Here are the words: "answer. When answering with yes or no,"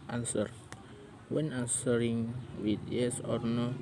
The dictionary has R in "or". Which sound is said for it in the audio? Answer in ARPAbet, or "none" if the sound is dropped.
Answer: R